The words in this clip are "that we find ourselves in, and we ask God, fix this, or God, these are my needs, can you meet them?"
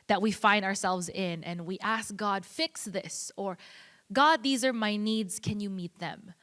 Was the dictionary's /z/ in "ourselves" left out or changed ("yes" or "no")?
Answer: no